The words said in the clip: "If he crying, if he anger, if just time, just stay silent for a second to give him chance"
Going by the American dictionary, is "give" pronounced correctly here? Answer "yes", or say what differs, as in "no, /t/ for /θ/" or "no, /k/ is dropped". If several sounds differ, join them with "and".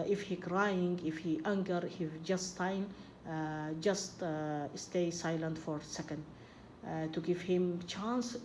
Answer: no, /f/ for /v/